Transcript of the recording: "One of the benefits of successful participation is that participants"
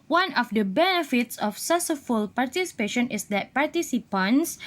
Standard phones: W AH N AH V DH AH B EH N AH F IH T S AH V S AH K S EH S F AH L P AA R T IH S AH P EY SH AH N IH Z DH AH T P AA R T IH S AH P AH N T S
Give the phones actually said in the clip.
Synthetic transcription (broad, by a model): W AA N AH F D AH B EH N AH F IH T S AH F S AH S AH F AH L P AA R T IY S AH P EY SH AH N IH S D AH T P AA R T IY S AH P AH N S